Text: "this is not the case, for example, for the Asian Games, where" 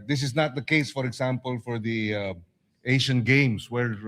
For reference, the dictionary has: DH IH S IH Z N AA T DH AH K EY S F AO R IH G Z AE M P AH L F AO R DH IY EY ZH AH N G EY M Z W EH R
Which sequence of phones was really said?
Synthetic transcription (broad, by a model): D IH S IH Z N AA T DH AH K EY S F AO R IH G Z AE M P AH L F AO R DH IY EY SH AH N G EY M S W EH R